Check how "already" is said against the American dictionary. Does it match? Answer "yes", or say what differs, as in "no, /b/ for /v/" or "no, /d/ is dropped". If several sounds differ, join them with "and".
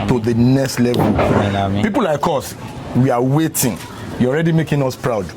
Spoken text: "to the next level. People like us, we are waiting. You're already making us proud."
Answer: yes